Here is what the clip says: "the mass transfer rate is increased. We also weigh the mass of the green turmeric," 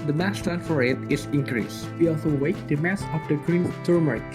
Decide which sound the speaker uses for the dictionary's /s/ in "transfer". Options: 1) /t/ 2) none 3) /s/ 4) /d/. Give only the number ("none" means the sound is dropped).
2